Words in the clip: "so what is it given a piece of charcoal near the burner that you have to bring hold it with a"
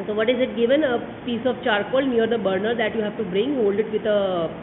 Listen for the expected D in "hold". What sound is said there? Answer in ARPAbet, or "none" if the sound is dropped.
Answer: D